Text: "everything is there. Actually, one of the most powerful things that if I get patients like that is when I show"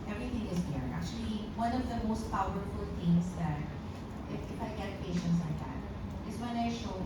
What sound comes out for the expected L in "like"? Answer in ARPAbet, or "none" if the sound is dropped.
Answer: L